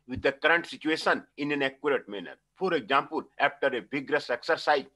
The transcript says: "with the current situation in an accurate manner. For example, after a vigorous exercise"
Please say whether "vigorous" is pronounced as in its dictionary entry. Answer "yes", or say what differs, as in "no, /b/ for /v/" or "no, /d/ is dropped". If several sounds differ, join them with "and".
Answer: no, /b/ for /v/